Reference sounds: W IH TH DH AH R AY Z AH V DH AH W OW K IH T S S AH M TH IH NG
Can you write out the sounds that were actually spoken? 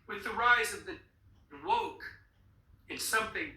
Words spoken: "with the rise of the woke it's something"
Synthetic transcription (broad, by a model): W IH DH AH R AY Z AH V DH AH W OW K IH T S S AH M TH IH NG